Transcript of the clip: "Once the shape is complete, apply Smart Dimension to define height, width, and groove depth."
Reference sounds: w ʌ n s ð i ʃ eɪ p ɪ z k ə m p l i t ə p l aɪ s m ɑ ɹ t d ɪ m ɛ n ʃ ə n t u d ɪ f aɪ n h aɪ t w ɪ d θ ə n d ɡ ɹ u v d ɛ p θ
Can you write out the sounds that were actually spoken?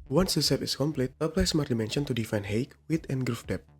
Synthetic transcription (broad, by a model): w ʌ n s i s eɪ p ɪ s k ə m p l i t ə p l aɪ s m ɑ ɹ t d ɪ m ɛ n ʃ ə n t u d ɪ f aɪ n h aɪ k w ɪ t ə n ɡ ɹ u f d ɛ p